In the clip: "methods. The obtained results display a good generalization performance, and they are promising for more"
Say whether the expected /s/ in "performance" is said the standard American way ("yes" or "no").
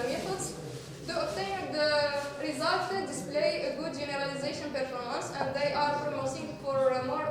yes